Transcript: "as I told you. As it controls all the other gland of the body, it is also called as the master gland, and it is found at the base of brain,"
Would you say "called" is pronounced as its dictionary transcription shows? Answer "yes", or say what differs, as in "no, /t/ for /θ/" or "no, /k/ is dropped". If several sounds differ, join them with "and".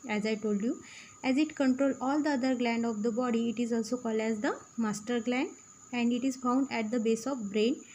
yes